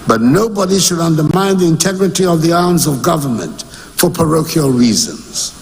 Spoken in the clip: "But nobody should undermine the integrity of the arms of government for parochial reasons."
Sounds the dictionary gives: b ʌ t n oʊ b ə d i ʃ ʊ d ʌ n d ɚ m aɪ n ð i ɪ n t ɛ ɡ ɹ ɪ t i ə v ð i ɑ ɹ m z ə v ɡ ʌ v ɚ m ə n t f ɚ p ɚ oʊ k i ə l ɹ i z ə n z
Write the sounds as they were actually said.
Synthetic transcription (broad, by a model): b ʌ t n oʊ b ə d i ʃ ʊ d ʌ n d ɚ m aɪ n ð i ɪ n t ɛ ɡ ɹ ɪ t i ə v ð i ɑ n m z ə v ɡ ʌ v ɚ m ə n t f ɚ p ɚ oʊ k i ə l ɹ i z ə n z